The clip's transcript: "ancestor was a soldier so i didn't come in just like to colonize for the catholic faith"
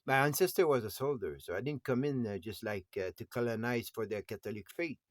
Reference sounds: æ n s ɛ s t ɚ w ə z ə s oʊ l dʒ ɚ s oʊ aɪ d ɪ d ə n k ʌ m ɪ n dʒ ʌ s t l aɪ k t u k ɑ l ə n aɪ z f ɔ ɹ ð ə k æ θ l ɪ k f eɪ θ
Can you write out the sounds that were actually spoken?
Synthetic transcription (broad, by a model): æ n s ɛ s t ɚ w ə z ə s oʊ l dʒ ɚ s oʊ aɪ d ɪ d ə n k ʌ m ɪ n dʒ ʌ s t l aɪ k t u k ɑ l ə n aɪ z f ɔ ɹ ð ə k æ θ l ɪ k f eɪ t